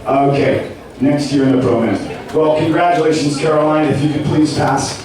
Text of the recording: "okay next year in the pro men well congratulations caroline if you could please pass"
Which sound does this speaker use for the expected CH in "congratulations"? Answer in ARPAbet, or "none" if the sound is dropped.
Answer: CH